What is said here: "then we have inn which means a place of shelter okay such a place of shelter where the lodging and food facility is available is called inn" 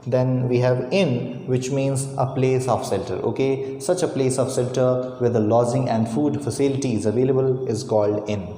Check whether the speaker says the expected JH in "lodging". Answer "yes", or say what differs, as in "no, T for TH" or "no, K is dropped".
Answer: no, Z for JH